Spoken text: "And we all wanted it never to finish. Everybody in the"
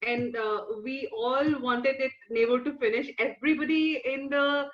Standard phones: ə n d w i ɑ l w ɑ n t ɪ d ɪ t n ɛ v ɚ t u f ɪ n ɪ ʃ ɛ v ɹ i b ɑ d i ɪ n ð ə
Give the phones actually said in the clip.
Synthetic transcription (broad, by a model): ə n d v i ɑ l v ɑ n t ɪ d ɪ t n ɛ b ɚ t u f ɪ n ɪ ʃ ɛ v ɹ i b ɑ d i ɪ n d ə